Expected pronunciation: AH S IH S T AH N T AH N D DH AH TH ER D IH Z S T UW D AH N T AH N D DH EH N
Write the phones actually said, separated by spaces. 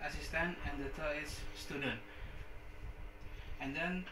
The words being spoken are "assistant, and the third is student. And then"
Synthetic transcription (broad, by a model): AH S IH S T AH N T AH N D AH T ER IH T S T UW D AH N T AH N D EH N